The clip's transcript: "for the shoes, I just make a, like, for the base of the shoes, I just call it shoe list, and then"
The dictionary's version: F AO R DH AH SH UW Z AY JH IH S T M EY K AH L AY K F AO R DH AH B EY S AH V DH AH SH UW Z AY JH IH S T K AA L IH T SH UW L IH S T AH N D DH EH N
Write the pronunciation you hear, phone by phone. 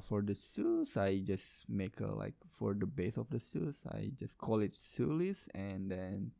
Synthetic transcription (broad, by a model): F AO R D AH S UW S AY JH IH S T M EY K AH L AY K F AO R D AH B EY S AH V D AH S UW S AY JH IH S K AA L IH T S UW L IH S AH N D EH N